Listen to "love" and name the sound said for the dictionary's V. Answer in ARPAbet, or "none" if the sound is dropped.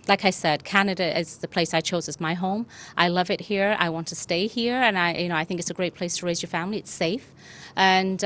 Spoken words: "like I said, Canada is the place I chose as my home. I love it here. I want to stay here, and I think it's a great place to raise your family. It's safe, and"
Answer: V